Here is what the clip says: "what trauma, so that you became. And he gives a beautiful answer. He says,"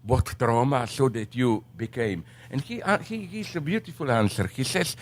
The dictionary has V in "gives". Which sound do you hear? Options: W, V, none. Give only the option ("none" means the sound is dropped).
none